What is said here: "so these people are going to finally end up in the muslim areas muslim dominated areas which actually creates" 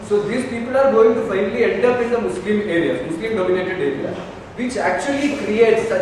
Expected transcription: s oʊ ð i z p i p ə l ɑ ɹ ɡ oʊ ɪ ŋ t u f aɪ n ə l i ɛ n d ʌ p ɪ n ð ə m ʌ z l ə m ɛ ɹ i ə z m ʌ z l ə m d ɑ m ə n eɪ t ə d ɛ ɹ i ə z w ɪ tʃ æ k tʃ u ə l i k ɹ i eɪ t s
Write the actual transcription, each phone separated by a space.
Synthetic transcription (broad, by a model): s oʊ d i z p i p ə l ɑ ɹ ɡ oʊ ɪ ŋ t u f aɪ n ə l i ɛ n d ʌ p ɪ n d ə m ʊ s l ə m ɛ ɹ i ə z m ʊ s l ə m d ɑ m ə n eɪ t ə d ɛ ɹ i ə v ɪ tʃ æ k tʃ u ə l i k ɹ i eɪ t s